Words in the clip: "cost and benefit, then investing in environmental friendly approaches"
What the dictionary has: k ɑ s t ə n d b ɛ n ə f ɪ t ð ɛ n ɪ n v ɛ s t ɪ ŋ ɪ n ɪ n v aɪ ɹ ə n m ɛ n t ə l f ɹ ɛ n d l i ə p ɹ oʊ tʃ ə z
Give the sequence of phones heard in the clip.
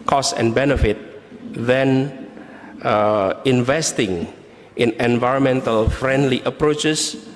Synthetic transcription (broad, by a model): k ɑ s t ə n b ɛ n ə f ɪ t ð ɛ n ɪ n v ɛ s t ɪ ŋ ɪ n ɪ n v aɪ ɹ ə n m ɛ n t ə l f ɹ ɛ n d l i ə p ɹ oʊ tʃ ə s